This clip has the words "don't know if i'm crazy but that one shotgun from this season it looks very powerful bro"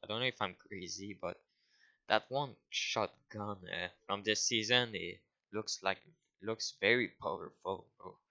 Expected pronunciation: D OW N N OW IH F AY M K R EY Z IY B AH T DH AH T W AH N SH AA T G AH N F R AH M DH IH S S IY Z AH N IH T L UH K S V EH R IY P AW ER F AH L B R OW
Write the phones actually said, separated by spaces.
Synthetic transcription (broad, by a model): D OW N N OW IH F AY M K R EY Z IY B AH T DH AH T W AH N SH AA T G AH N F R AH M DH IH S S IY Z AH N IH T L UH K S V EH R IY P AW ER F AH L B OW